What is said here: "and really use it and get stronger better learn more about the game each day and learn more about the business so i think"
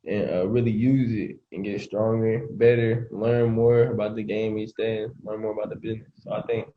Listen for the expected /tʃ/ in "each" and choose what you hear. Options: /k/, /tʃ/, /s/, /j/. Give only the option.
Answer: /s/